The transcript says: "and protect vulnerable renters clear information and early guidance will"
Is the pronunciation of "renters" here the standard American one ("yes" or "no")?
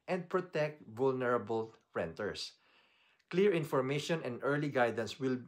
no